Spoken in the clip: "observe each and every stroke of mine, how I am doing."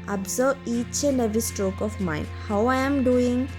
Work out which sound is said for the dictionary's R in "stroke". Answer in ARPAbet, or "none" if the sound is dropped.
R